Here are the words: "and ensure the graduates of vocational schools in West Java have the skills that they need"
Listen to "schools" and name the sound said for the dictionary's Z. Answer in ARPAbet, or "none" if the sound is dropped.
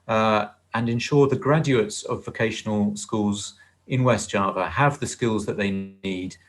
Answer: Z